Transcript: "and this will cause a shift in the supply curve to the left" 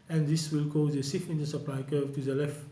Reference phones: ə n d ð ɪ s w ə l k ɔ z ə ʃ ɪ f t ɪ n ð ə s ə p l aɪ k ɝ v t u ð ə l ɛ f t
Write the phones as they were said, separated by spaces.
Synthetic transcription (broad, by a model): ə n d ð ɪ s w ə l k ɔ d ə s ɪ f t ɪ n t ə s ə p l aɪ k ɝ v t u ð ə l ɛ f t